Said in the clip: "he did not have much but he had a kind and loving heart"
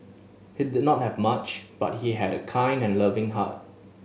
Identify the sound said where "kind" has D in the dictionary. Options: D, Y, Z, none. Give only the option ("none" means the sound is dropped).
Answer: D